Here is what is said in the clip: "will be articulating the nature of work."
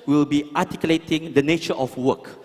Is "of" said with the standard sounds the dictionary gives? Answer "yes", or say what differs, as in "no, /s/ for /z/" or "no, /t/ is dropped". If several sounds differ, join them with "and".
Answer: no, /f/ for /v/